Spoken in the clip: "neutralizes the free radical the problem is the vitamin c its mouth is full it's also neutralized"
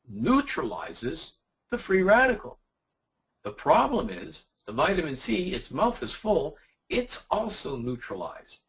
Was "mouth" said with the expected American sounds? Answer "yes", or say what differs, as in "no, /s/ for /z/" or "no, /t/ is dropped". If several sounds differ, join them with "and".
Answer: yes